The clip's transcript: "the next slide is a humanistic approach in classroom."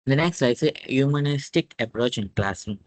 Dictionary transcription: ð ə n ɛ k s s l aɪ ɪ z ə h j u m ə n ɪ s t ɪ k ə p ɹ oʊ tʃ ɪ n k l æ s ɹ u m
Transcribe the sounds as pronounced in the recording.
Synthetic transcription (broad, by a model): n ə n ɛ k s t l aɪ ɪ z ə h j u m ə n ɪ s t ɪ k ə p ɹ oʊ tʃ ɪ n k l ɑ s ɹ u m